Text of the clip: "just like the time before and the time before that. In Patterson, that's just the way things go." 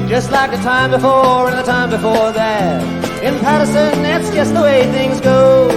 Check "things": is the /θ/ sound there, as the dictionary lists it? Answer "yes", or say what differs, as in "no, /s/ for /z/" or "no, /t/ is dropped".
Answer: yes